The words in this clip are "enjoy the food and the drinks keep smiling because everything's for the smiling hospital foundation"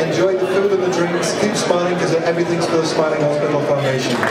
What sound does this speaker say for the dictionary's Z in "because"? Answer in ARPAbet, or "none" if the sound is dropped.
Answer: none